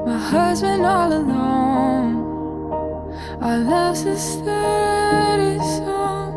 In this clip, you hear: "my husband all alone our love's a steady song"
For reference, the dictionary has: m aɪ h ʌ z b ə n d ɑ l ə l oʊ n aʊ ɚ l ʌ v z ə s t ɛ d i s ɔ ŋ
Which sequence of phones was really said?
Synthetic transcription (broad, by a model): m aɪ h ʌ z b ə n d ɑ l ə l oʊ n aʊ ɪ l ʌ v ə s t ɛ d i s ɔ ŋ